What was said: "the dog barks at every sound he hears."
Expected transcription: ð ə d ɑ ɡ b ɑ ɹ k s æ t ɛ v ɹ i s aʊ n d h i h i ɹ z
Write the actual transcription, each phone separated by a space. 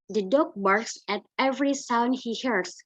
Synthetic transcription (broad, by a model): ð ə d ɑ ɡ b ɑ ɹ k s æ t ɛ v ɹ i s aʊ n d h i h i ɹ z